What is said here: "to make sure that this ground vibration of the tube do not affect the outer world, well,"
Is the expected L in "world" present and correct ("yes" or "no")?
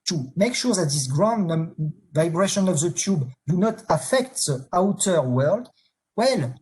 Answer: yes